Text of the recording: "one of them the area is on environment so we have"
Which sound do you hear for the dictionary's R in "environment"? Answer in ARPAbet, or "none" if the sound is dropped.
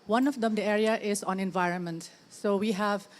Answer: R